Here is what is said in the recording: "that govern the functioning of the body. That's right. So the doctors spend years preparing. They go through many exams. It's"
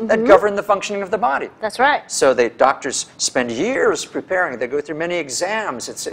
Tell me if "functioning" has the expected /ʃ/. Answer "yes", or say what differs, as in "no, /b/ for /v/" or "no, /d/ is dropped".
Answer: yes